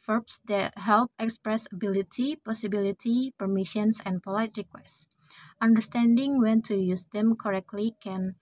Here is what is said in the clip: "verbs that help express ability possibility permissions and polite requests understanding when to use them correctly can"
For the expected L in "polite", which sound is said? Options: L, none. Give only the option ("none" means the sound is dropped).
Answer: L